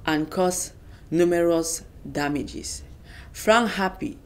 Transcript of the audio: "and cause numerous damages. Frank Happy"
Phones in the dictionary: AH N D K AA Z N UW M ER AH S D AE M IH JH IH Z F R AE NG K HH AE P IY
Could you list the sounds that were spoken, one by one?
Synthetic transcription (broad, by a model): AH N K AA S N UW M ER AH S D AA M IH JH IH S F R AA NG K HH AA P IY